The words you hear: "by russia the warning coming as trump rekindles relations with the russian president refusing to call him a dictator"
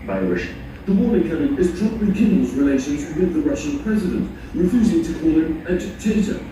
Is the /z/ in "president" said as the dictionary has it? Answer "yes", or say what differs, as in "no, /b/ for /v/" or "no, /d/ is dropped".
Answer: yes